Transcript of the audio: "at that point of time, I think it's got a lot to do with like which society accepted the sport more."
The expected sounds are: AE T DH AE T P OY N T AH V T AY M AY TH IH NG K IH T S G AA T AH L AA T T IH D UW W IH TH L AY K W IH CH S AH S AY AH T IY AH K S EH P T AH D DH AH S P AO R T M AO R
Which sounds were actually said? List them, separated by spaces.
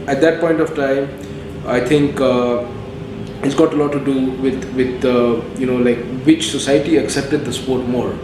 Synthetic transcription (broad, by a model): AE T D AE T P OY N T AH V T AY M AY T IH NG K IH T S G AA T AH L AA T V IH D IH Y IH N L AY K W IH CH S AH S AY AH T IY AH K S EH P T AH D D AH S P AO R T M AO R